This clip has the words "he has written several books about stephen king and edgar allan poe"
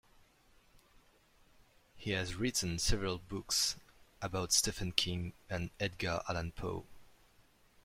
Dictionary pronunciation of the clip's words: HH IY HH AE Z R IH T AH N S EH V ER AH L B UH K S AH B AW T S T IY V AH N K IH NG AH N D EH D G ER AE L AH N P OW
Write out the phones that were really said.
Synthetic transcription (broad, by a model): HH IY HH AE Z R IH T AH N S EH V ER AH L B UH K S AH B AW T S T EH F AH N K IH NG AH N EH D G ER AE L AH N P OW